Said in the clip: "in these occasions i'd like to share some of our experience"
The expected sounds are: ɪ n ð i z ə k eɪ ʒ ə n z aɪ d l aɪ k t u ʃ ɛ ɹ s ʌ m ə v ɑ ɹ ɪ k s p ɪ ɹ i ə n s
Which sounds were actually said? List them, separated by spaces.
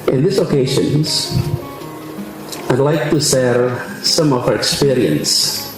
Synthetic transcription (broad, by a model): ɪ n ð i s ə k eɪ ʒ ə n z aɪ d l aɪ k t u s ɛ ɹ s ʌ m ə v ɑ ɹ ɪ k s p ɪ ɹ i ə n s